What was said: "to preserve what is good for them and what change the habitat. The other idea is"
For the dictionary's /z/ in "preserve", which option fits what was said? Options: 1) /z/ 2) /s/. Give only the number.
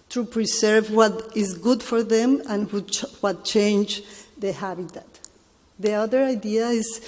2